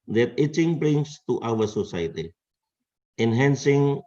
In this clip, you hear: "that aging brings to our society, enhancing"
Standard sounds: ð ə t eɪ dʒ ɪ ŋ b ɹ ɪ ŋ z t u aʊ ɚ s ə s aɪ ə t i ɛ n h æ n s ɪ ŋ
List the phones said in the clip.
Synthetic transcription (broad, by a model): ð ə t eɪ tʃ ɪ ŋ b ɹ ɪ ŋ s t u aʊ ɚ s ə s aɪ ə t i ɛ n h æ n s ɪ ŋ